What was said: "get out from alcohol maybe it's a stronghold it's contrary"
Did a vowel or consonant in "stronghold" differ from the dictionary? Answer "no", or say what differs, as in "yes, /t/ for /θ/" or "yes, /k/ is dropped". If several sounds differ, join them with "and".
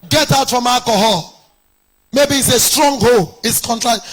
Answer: yes, /d/ is dropped